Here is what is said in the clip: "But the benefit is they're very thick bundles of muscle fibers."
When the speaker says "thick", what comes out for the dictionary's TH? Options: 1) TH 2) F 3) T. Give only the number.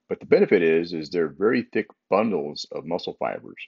1